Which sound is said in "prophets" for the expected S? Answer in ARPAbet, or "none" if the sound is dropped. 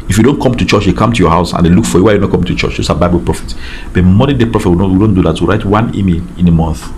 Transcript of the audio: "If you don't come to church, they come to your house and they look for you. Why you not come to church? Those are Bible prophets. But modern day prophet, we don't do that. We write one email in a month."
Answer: none